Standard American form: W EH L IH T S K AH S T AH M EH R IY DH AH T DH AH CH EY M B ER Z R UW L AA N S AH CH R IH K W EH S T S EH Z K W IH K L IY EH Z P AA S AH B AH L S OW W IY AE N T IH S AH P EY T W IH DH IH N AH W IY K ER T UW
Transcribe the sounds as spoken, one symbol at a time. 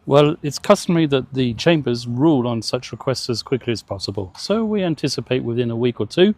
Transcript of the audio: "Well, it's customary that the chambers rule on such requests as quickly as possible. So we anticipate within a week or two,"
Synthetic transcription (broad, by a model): W EH L IH T S K AH S T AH M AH R IY DH AH T DH AH CH EY M B ER Z R UW L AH N S AH CH R IH K W EH S T S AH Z K W IH K L IY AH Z P AA S AH B AH L S OW W IY AE N T IH S AH P EY T W IH DH IH N AH W IY K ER T UW